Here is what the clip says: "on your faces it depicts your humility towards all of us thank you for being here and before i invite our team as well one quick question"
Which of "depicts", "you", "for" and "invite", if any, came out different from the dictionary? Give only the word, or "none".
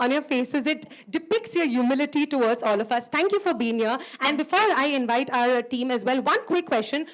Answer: none